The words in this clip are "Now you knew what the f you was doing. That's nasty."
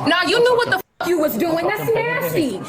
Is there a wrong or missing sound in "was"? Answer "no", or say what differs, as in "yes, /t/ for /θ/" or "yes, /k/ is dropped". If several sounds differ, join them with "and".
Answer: no